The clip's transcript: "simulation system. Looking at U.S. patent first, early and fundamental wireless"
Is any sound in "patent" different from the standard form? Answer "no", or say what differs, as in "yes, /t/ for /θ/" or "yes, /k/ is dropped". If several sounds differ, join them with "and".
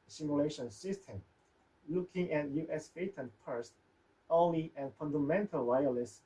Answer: yes, /f/ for /p/